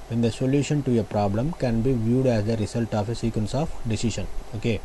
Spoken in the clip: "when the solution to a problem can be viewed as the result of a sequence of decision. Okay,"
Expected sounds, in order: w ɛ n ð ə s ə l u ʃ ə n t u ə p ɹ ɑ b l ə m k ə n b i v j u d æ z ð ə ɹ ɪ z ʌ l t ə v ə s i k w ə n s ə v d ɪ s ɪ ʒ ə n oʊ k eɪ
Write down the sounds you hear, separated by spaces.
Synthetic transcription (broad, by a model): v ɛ n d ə s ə l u ʃ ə n t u ə p ɹ ɑ b l ə m k ə n b i v j u d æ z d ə ɹ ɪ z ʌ l t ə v ə s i k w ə n s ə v d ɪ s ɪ ʃ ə n oʊ k eɪ